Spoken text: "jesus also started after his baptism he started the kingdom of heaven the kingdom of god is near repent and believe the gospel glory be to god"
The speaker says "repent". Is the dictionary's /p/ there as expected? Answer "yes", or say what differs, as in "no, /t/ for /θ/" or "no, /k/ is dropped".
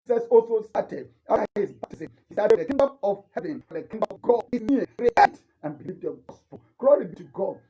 no, /p/ is dropped